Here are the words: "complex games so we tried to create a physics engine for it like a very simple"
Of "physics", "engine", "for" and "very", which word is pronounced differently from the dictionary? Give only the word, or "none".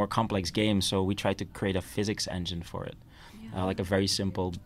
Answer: none